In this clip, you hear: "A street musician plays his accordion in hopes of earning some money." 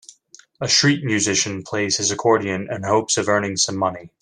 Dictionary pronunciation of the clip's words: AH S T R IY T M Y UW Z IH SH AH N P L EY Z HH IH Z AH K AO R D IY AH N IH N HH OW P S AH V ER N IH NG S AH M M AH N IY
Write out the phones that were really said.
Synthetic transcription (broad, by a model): AH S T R IY T M Y UW Z IH SH AH N P L EY Z HH IH Z AH K AO R D IY AH N IH N HH OW P S AH V ER N IH NG S AH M M AH N IY